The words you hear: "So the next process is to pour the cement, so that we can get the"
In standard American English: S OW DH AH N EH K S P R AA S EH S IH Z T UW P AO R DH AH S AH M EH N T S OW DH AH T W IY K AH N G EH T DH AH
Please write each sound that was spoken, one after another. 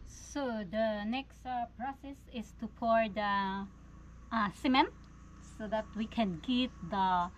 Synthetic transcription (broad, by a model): S OW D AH N EH K S P R AA S EH S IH S T UW P AO R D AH S AH M EH N T S OW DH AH T W IY K AH N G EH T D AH